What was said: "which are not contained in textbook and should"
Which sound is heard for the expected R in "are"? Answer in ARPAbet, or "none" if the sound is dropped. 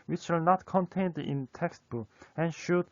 L